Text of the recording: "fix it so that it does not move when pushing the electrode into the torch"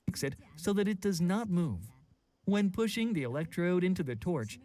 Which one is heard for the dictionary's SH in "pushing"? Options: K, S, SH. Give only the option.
SH